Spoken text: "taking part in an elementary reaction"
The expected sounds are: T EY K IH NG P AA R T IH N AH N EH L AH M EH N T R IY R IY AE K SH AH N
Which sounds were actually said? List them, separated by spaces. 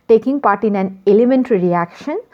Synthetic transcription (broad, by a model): T EY K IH NG P AA R T IH N AH N EH L AH M EH N T R IY R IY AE K SH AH N